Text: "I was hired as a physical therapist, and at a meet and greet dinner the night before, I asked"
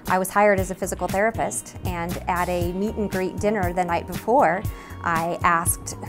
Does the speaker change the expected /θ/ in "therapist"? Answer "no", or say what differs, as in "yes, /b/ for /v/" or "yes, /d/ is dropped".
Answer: no